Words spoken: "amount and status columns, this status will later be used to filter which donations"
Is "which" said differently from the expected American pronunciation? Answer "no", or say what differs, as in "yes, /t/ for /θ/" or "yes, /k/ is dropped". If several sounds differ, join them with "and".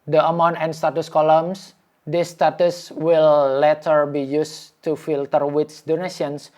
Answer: yes, /s/ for /tʃ/